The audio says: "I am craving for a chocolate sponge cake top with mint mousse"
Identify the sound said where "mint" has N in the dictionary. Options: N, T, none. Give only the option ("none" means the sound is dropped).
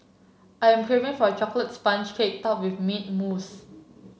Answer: none